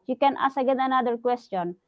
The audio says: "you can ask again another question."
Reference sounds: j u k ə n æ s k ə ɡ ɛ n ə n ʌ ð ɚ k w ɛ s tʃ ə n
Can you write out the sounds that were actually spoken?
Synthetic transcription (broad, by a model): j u k ə n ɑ s ə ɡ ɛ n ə n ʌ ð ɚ k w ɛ s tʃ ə n